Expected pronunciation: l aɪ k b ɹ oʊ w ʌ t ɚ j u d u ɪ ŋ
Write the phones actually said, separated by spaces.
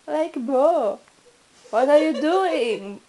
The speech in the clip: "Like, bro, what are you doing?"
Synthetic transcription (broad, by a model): l aɪ k b oʊ w ʌ t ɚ j u d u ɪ ŋ